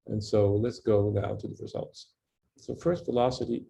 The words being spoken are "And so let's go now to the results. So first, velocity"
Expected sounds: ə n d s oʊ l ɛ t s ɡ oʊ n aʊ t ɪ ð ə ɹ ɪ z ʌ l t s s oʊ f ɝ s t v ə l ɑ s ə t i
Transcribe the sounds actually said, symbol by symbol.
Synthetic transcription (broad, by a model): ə n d s oʊ l ɛ t s ɡ oʊ n aʊ t ɪ ð ə ɹ ɪ z ʌ l t s s oʊ f ɝ s t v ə l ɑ s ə t i